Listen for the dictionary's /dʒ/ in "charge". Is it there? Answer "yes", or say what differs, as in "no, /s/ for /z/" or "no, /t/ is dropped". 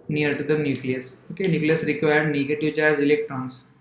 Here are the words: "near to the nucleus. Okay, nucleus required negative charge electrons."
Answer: no, /z/ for /dʒ/